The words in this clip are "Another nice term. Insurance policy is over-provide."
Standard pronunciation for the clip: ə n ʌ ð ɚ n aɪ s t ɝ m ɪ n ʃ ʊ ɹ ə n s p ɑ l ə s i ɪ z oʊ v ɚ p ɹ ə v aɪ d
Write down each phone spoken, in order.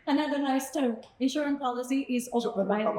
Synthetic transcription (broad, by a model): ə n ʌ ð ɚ n aɪ s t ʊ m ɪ n ʃ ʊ ɹ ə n p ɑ l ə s i ɪ z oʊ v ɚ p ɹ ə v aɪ